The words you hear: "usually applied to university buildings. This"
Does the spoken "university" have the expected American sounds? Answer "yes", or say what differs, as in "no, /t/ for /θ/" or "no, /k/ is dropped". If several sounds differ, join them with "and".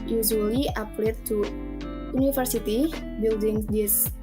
no, /f/ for /v/